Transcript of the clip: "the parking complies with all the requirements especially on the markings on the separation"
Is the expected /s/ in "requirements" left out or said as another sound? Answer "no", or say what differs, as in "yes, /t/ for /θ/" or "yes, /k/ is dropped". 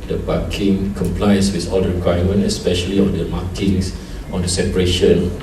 yes, /s/ is dropped